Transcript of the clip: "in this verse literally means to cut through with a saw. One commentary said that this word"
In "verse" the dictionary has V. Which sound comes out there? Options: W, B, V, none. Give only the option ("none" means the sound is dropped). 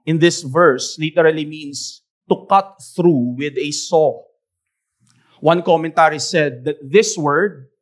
V